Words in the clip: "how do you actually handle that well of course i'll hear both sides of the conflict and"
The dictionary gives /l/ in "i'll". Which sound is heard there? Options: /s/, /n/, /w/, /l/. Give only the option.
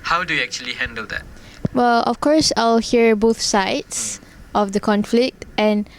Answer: /l/